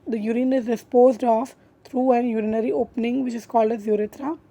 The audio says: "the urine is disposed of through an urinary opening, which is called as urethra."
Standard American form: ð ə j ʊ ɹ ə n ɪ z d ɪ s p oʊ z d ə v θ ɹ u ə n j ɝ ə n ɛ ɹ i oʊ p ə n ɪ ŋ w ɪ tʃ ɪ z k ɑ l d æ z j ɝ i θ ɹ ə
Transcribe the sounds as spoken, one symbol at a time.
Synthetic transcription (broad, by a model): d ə j ʊ ɹ ə n ɪ z d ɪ s p oʊ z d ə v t ɹ u ə n j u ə n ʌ ɹ i oʊ p ə n ɪ ŋ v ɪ tʃ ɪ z k ɑ l d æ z j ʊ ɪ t ɹ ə